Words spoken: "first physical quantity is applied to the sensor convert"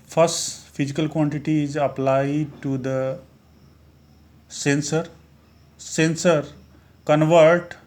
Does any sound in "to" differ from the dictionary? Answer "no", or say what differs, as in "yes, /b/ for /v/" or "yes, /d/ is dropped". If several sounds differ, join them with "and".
yes, /s/ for /t/